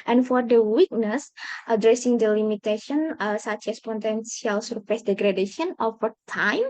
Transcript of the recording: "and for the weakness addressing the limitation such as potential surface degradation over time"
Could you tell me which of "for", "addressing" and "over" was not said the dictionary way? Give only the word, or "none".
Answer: over